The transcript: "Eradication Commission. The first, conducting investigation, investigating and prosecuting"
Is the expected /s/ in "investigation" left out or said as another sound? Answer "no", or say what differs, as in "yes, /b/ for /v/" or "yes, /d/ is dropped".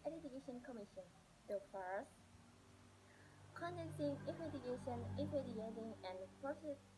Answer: yes, /s/ is dropped